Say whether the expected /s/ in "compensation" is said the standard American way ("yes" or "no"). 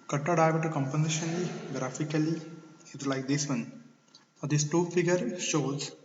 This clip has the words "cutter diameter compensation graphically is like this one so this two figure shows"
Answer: no